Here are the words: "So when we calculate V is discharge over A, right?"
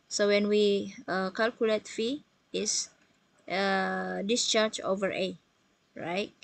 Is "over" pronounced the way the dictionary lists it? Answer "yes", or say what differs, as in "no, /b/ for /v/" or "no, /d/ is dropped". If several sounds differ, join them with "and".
yes